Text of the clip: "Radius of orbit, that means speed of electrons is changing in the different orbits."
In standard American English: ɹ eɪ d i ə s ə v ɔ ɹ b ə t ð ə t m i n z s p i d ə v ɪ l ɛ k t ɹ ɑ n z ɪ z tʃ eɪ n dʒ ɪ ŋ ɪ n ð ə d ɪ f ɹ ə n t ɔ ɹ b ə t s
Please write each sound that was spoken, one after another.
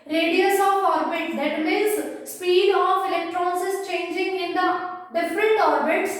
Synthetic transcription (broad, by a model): ɹ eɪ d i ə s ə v ɔ ɹ b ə t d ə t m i z s p i d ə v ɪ l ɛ k t ɹ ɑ n s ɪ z tʃ eɪ n dʒ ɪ ŋ ɪ n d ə d ɪ f ɹ ə n t ɔ ɹ b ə t s